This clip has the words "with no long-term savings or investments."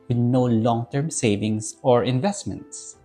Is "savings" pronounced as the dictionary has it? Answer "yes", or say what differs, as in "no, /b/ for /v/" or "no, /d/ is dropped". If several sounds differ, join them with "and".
no, /s/ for /z/